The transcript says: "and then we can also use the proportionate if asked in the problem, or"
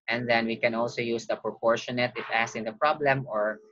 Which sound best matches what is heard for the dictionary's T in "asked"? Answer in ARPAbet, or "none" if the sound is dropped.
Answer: none